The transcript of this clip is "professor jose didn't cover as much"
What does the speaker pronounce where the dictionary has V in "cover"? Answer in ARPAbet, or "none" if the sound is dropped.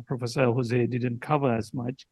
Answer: V